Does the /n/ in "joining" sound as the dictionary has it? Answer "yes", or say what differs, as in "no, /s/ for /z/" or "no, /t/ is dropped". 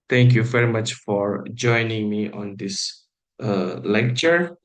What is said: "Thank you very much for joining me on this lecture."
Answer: yes